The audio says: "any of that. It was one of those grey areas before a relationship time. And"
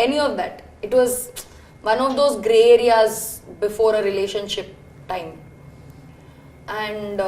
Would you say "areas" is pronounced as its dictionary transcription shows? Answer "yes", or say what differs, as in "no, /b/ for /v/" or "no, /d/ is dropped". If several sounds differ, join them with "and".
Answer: yes